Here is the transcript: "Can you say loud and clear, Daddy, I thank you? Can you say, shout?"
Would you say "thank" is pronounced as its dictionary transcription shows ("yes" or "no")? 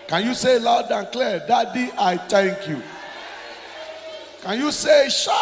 no